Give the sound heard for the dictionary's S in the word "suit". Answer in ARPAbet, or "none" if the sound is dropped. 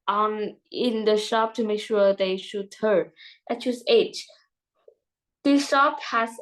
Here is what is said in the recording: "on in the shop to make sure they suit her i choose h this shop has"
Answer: SH